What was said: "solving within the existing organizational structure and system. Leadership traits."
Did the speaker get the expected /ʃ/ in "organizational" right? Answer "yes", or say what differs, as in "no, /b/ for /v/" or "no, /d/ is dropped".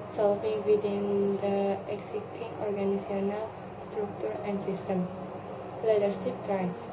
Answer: no, /ʃ/ is dropped